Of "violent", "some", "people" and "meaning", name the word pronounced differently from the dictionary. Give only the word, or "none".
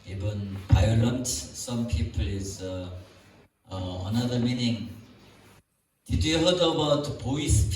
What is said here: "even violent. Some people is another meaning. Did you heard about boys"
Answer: violent